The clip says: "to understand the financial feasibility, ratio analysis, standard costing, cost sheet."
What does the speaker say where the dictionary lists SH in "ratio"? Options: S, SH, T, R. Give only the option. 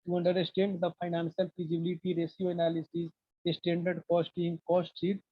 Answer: S